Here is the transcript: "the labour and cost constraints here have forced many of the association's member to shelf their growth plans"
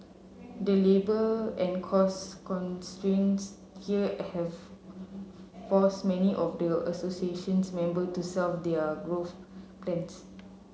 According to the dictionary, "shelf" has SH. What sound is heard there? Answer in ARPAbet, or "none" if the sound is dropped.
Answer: S